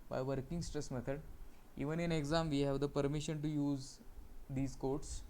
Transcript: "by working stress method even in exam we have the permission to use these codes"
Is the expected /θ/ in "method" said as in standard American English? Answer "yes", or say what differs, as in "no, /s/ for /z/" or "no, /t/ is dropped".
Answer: no, /t/ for /θ/